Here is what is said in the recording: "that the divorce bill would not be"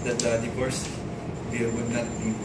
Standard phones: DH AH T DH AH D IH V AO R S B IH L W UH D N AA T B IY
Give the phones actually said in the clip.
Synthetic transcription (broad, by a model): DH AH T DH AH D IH P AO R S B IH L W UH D N AA T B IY